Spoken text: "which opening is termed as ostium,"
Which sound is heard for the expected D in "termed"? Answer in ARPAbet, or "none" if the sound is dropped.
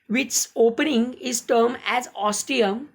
none